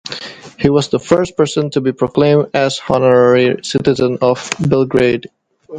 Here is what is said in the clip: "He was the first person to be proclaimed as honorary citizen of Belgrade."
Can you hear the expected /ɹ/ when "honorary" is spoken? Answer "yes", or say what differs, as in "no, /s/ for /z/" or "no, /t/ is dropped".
yes